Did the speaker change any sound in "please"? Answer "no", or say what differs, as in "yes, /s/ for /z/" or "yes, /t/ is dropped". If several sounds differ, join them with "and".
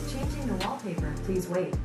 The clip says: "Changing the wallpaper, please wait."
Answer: no